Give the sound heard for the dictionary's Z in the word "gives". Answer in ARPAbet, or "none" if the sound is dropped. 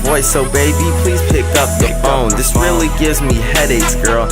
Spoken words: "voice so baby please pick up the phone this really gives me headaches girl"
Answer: Z